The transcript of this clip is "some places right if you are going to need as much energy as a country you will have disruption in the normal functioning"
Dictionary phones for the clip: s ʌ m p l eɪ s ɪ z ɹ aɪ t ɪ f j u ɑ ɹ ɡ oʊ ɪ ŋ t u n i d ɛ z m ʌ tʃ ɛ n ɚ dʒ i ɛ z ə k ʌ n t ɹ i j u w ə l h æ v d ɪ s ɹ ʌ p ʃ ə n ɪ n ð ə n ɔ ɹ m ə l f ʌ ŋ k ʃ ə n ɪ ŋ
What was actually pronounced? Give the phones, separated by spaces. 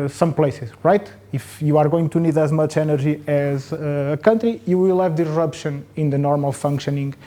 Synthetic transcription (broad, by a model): s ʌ m p l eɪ s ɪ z ɹ aɪ t ɪ f j u ɑ ɹ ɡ oʊ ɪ ŋ t u n i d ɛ z m ʌ tʃ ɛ n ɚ ʒ i ɛ z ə k ʌ n t ɹ i j u w ə l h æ v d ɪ ɹ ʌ p ʃ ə n ɪ n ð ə n ɔ ɹ m ə l f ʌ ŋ k ʃ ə n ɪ ŋ